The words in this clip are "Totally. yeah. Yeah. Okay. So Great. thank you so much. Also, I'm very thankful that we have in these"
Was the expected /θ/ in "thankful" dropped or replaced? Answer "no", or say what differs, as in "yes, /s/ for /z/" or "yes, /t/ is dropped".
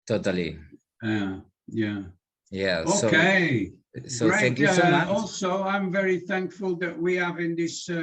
no